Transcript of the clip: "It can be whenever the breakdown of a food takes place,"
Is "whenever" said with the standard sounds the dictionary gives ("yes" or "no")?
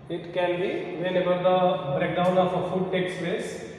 no